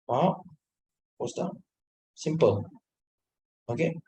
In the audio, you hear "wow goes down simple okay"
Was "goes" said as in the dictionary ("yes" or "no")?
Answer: no